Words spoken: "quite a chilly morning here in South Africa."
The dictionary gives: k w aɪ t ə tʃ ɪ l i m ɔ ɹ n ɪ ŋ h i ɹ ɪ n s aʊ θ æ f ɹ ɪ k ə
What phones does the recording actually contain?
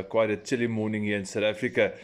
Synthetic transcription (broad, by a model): k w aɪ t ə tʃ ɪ l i m ɔ n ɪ ŋ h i ɪ n s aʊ t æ f ɹ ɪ k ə